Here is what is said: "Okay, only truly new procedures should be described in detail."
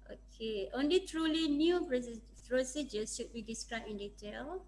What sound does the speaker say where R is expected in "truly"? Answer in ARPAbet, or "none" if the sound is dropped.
R